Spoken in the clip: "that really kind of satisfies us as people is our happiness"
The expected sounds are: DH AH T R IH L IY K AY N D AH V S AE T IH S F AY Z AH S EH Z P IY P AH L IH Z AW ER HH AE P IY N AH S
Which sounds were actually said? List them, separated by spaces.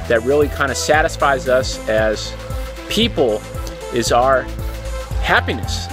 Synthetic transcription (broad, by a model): DH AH T R IH L IY K AY N D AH S AE T IH S F AY Z AH S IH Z P IY P L IH Z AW ER HH AE P IY N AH S